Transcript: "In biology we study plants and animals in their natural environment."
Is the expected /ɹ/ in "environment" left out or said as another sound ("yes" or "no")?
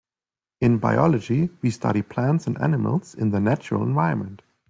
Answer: yes